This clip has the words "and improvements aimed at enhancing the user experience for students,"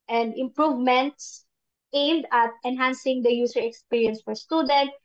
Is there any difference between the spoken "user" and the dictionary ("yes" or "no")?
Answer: yes